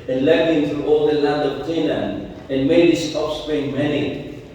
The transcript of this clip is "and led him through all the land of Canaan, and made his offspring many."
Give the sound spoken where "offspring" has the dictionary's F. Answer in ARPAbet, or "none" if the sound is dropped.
P